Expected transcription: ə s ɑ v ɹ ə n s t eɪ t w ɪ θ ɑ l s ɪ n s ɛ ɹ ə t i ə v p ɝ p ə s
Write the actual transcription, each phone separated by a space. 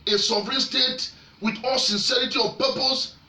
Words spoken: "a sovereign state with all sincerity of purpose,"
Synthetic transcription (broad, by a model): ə s ɑ v ɹ ə n s t eɪ t w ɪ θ ɑ l s ɪ n s ɛ ɹ ə t i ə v p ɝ p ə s